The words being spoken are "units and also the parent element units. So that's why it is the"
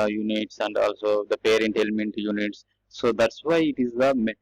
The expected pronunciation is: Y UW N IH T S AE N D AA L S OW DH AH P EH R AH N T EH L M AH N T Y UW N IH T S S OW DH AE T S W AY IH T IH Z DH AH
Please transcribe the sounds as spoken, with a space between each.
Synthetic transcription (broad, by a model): Y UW N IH T S AE N D AA L S OW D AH P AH R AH N T EH L M AH N T Y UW N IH T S S OW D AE T S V AY IH T IH Z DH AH